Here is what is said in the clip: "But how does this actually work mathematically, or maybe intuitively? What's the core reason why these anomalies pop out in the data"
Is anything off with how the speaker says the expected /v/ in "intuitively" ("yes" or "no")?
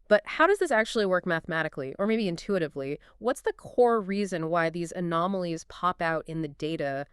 no